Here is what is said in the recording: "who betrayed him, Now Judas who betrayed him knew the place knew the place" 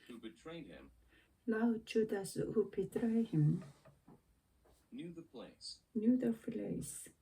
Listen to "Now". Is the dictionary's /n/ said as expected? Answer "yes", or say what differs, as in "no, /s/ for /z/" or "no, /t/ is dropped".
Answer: no, /l/ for /n/